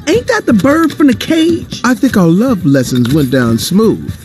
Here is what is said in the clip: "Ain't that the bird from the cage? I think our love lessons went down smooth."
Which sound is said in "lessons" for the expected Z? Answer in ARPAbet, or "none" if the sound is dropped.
Z